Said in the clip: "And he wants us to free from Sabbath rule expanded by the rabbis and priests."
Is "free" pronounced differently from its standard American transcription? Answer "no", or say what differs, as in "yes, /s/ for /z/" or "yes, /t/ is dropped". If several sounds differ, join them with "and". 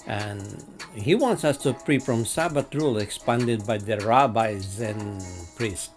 yes, /p/ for /f/